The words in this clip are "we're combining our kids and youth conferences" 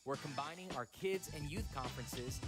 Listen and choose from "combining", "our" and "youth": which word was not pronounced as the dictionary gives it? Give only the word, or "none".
none